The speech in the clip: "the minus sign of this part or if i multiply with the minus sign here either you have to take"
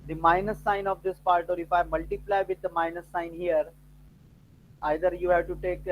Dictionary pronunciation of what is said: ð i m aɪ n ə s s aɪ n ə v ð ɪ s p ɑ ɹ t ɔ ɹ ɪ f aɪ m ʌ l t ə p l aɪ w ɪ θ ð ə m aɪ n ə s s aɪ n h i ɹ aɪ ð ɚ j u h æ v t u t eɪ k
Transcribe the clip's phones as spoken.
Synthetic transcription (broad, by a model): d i m aɪ n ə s s aɪ n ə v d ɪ s p ɑ ɹ t ɔ ɹ ɪ f aɪ m ʌ l t ə p l aɪ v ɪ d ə m aɪ n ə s s aɪ n h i ɹ aɪ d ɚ j u h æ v t u t eɪ k